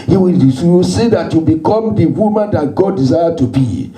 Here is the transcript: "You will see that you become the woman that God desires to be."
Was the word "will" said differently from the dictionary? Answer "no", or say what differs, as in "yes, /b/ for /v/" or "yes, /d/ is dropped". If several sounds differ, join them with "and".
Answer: yes, /w/ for /l/